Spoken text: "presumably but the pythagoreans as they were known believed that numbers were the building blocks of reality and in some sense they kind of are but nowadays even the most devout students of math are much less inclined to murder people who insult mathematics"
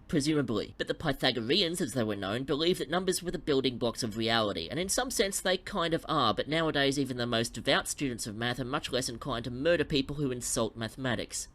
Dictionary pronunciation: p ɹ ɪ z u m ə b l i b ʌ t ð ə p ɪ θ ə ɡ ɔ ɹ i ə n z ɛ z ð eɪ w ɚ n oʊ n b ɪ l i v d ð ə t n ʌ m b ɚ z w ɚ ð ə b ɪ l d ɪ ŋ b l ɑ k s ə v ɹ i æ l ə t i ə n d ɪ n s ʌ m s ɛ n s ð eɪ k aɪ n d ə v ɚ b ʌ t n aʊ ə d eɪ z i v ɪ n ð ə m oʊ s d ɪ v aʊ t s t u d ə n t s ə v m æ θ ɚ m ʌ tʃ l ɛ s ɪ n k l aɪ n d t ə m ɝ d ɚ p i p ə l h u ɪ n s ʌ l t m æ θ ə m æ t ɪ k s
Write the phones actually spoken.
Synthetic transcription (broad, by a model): p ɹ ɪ z u m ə b l i b ʌ t ð ə p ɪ θ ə ɡ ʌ ɹ i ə n z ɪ z ð eɪ w ɚ n oʊ n b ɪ l i v ð ə t n ʌ m b ɚ z w ɚ ð ə b ɪ l d ɪ ŋ b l ɑ k s ə v ɹ i æ l ə t i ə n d ɪ n s ʌ m s ɛ n s ð eɪ k aɪ n d ə v ɚ b ʌ t n aʊ ə d eɪ z i v ɪ n ð ə m oʊ s d ɪ v aʊ t s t u d n t s ə v m æ θ ɚ m ʌ tʃ l ɛ s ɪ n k aɪ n t ə m ɝ d ɚ p i p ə l h u ɪ n s ʌ l t m æ θ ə m æ t ɪ k s